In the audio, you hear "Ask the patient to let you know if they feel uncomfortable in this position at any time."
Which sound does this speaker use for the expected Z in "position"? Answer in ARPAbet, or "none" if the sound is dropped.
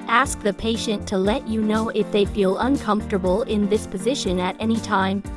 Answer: Z